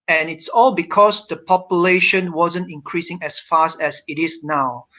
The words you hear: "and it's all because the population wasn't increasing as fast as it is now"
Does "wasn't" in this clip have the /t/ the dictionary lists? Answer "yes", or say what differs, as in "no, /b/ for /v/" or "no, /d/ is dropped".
yes